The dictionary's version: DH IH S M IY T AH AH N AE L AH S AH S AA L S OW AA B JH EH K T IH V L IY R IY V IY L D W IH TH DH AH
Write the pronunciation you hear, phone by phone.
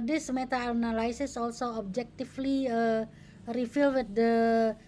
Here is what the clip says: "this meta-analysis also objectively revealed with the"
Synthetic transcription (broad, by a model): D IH S M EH T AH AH N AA L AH S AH S AA L S OW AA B JH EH K T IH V L IY R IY F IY L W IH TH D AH